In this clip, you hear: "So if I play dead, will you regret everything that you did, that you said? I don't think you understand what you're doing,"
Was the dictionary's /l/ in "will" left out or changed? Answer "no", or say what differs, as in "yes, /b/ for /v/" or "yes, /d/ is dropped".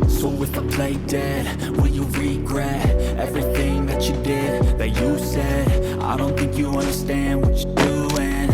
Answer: yes, /n/ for /l/